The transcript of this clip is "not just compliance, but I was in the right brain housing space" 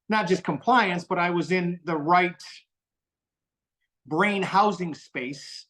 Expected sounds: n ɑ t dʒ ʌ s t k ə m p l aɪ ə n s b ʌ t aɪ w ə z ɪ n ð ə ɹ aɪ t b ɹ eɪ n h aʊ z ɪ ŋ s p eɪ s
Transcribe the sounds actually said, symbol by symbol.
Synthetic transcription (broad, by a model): n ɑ t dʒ ʌ s k ə m p l aɪ ə n s b ʌ t aɪ w ə z ɪ n ð ə ɹ aɪ t b ɹ eɪ n h aʊ z ɪ ŋ s p eɪ s